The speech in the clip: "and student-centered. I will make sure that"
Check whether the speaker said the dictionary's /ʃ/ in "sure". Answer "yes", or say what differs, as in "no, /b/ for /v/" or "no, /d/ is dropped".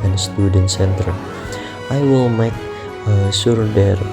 no, /s/ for /ʃ/